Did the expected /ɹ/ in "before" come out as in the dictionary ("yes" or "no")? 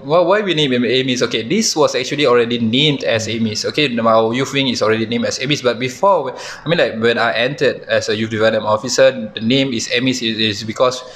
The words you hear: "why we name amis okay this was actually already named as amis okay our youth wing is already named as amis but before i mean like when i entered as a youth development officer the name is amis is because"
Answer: no